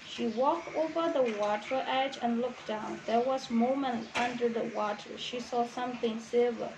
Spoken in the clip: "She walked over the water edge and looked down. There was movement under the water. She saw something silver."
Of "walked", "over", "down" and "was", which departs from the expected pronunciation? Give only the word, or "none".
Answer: none